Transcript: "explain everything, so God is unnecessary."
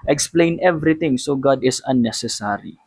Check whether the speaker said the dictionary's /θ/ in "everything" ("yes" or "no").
no